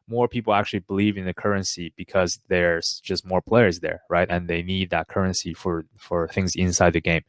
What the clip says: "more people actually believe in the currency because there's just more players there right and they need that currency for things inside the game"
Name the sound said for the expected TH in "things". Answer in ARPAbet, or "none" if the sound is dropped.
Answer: TH